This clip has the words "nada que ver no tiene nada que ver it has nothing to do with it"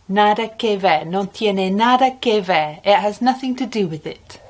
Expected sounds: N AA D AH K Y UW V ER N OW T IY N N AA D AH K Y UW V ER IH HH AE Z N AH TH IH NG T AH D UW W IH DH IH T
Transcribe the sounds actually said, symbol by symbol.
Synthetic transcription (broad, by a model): N AA D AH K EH V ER N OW T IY N N AA D AH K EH V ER IH HH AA Z N AH TH IH NG T AH D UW W IH DH IH T